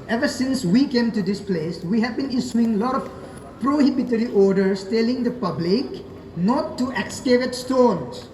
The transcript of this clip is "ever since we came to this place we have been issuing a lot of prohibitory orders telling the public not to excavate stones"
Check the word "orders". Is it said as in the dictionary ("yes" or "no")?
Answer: no